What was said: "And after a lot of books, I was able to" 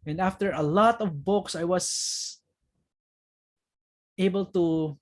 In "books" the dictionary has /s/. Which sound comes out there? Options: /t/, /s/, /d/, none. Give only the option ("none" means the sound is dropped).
/s/